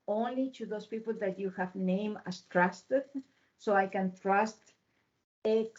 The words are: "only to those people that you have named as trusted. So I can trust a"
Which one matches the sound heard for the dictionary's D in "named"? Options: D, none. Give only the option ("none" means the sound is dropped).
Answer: none